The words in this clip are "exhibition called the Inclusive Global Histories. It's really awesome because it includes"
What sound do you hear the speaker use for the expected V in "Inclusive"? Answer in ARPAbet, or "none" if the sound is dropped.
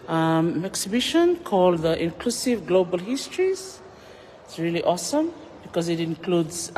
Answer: V